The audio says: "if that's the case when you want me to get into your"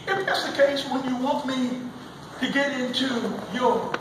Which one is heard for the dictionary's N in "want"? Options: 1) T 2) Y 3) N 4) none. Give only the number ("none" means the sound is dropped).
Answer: 4